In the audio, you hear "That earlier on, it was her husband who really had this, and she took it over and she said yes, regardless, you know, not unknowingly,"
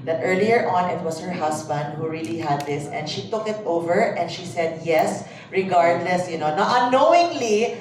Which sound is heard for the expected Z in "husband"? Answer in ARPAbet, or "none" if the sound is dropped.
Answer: S